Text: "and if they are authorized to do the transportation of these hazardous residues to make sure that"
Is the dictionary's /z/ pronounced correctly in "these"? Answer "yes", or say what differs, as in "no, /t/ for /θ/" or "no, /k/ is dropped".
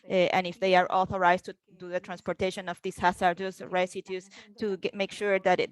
no, /s/ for /z/